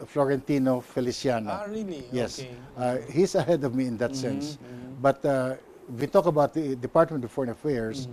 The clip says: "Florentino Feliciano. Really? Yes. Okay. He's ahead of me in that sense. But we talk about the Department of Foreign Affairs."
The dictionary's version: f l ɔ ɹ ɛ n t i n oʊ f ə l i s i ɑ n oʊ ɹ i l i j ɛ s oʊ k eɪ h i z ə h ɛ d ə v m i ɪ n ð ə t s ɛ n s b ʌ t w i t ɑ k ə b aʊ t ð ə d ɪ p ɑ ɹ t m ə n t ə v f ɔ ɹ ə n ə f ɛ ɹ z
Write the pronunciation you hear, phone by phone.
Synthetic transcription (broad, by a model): f l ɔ ɹ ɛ n t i n oʊ f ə l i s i ɑ n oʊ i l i j ɛ s h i s ə h ɛ d ə v m i ɪ n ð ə t s ɛ n s b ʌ t w i t ɑ k ə b aʊ t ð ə d ɪ p ɑ ɹ t m ə n t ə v f ɔ ɹ ə n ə f ɛ ɹ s